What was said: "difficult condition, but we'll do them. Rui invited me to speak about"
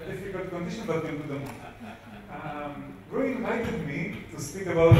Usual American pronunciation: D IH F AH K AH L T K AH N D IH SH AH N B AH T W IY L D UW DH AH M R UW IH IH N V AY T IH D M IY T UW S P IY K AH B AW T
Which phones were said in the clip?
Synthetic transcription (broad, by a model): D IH F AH K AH L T K AH N D IH SH AH N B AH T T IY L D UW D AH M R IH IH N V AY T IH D M IY T UW S P IY K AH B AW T